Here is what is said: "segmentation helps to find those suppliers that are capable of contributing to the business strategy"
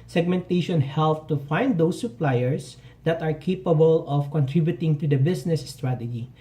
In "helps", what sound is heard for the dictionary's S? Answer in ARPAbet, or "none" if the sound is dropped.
none